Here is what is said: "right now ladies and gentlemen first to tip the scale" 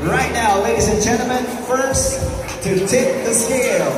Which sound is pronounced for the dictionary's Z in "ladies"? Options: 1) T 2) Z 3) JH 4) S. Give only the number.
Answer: 2